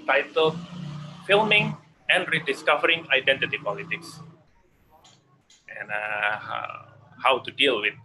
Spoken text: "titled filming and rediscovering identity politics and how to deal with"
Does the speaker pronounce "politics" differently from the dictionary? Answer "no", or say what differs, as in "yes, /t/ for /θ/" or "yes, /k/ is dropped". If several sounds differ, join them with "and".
no